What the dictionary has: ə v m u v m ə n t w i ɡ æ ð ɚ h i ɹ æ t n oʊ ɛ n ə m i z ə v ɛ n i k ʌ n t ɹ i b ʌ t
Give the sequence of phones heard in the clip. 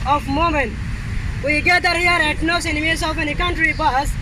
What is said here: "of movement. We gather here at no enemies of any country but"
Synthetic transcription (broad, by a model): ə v m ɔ m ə n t w i ɡ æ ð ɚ h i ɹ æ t n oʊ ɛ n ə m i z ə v ɛ n i k ʌ n t ɹ i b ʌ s